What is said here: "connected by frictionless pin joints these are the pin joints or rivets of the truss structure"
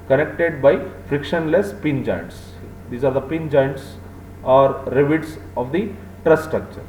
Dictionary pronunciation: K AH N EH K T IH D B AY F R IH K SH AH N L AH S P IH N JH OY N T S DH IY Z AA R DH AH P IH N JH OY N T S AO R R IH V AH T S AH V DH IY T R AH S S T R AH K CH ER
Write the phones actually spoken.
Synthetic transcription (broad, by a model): K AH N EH K T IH D B AY F R IH K SH AH N L AH S P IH N JH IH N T S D IY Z AA R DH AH P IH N JH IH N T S AO R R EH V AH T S AH V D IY T R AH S S T R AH K CH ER